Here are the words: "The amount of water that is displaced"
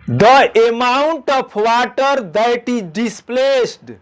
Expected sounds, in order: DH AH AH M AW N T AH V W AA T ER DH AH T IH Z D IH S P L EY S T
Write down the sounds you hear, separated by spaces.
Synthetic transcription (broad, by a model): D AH AH M AW N T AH P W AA T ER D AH T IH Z D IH S P L EY S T